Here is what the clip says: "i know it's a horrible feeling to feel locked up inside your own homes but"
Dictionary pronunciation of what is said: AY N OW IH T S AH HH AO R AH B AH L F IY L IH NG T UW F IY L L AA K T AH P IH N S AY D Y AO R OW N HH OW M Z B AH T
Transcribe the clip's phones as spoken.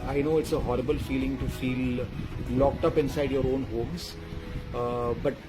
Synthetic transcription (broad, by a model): AY N OW IH T S AH HH AO R AH B AH L F IY L IH NG T UW F IY L L AA K T AH P IH N S AY D Y AO R OW N HH OW M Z B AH T